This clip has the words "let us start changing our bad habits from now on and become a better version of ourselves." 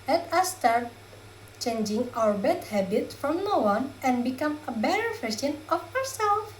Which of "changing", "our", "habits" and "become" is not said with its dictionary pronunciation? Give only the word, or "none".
habits